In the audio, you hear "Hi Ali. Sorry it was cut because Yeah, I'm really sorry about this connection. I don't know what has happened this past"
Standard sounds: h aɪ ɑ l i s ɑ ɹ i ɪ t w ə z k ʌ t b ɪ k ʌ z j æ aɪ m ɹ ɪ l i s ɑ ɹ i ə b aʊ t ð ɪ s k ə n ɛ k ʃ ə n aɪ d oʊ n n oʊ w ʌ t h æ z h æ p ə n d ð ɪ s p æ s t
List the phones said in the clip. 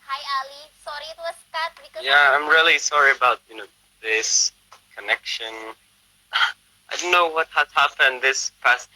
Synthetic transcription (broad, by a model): h aɪ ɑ l i s ɑ ɹ i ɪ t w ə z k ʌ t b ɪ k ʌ j æ aɪ m ɹ ɪ l i s ɑ ɹ i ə b aʊ t ð ɪ s k ə n ɛ k ʃ ə n aɪ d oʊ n n oʊ w ʌ t h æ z h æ p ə n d ð ɪ s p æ s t